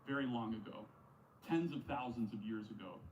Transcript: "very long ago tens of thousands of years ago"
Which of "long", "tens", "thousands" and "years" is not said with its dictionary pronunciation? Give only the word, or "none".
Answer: none